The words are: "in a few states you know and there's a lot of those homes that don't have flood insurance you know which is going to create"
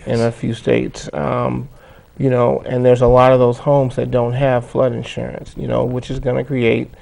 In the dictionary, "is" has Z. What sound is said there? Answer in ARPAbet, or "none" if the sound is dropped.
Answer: Z